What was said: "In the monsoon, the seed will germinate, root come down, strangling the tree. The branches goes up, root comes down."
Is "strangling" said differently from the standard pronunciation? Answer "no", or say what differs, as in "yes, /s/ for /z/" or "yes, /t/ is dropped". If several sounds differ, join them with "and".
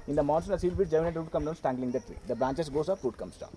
yes, /ɹ/ is dropped